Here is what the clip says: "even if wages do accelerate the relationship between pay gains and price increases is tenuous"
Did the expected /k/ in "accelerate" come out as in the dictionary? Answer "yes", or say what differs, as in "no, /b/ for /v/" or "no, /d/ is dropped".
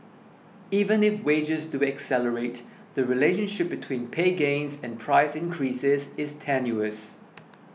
yes